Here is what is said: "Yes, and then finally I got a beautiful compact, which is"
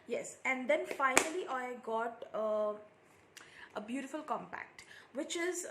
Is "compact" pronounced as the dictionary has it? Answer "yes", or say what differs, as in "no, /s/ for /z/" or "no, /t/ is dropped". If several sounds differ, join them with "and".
yes